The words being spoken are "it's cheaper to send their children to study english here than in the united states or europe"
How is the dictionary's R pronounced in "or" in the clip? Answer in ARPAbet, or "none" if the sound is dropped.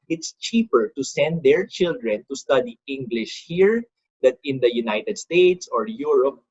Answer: R